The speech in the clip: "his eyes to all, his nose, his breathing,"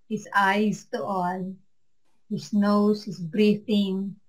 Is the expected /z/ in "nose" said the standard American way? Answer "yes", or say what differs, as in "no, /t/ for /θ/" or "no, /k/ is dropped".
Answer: no, /s/ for /z/